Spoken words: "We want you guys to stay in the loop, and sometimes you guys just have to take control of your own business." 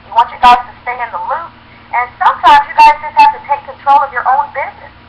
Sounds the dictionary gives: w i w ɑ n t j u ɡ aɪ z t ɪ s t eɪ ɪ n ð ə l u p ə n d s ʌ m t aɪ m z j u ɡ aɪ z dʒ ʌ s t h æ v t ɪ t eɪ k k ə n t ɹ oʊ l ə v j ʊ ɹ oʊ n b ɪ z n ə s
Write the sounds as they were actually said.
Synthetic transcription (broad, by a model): w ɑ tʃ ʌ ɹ ɡ aɪ z t ɪ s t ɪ ɪ n ð ə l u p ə n s ʌ m t aɪ m z j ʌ ɡ aɪ z dʒ ʌ s t h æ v t ɪ t eɪ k k ə n t ɹ oʊ l ə v j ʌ ɹ oʊ n b ɪ z n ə s